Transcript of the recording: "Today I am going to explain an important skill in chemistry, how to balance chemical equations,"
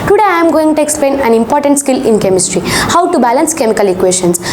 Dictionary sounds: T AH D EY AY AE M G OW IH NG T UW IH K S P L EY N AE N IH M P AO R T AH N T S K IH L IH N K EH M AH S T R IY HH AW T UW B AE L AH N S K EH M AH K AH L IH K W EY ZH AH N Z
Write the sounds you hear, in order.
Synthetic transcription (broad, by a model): T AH D EY AY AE M G OW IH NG T UW IH K S P L EY N AE N IH M P AO R T AH N T S K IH L IH N K EH M AH S T R IY HH AW T UW B AE L AH N S K EH M AH K AH L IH K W EY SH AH N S